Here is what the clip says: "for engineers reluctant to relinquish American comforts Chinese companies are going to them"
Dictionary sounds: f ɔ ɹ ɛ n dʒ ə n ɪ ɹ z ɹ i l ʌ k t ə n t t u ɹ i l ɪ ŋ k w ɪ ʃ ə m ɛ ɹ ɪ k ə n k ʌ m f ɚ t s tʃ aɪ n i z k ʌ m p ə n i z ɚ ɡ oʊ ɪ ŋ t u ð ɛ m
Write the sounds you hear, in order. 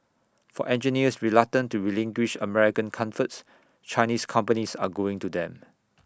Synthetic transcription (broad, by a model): f ɔ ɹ ɛ n dʒ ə n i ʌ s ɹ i l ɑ t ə n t t u ɹ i l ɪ ŋ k w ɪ ʃ ə m ɛ ɹ ɪ k ə n k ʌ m f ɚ t s tʃ aɪ n i s k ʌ m p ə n i s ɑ ɡ oʊ ɪ ŋ t u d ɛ m